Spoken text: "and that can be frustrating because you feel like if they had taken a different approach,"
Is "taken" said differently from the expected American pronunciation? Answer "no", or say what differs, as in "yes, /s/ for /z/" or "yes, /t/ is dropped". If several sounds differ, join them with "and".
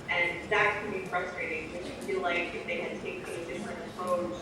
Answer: yes, /n/ is dropped